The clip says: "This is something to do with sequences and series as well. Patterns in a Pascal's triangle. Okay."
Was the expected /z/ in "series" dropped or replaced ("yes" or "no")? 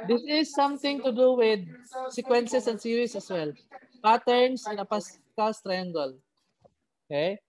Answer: yes